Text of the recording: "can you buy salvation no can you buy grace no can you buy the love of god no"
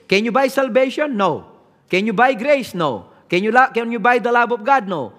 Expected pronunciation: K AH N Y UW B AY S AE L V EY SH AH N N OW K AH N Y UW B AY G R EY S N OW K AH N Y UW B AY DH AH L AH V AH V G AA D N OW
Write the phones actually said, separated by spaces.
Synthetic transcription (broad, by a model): K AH N Y UW B AY S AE L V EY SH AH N N OW K AH N Y UW B AY G R EY S N OW K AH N Y UW B AY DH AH L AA B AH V G AA D N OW